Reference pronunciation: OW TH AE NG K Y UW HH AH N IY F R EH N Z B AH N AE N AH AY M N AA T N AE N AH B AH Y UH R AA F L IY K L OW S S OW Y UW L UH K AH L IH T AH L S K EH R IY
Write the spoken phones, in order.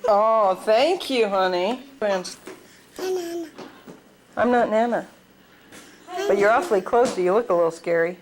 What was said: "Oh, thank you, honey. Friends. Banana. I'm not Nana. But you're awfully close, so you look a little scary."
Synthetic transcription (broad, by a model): OW TH AE NG K Y UW HH AH N IY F R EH N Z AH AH M N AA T N AE N AH B AH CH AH R AA F L IY K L OW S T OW Y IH L UH K AH L IH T L S K EH R IY